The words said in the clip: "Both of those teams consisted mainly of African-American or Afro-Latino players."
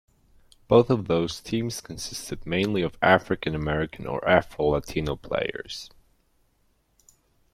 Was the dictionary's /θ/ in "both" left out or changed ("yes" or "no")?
no